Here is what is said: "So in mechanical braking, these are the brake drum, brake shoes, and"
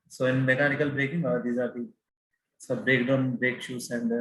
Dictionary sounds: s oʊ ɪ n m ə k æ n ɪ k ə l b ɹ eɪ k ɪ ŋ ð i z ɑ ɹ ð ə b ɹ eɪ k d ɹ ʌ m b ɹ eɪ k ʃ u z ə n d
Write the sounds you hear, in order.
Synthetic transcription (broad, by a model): s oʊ ɪ n m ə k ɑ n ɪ k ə l b ɹ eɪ k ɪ ŋ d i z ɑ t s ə b ɹ eɪ k d ʌ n b ɹ eɪ k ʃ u s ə n d